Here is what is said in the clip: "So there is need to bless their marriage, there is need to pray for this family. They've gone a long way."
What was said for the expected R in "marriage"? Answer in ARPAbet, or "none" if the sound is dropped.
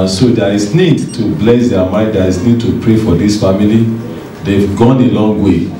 none